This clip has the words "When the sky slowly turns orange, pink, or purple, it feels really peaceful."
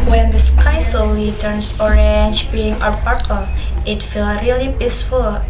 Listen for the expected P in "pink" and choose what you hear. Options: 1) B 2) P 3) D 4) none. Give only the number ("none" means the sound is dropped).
1